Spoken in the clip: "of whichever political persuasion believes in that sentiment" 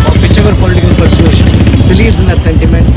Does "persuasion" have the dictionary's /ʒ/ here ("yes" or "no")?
no